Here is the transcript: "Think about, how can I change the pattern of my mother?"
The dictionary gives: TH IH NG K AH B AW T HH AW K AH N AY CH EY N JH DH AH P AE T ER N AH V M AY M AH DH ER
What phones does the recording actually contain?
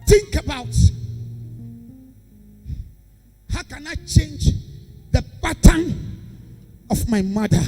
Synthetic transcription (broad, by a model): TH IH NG K AH B AW T HH AW K AH N AY CH EY N JH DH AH B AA T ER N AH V M AY M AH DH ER